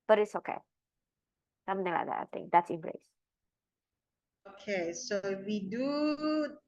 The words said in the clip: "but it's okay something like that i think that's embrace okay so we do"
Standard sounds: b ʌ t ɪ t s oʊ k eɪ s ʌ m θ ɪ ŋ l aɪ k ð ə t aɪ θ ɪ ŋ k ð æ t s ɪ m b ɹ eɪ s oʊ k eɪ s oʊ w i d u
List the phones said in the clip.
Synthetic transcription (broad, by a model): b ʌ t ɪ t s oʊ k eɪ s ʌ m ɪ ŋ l aɪ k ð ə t aɪ t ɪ ŋ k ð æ t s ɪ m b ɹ eɪ s oʊ k eɪ s oʊ w i d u